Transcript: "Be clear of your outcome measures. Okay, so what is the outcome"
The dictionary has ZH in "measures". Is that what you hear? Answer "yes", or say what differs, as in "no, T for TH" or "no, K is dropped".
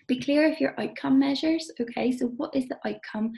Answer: yes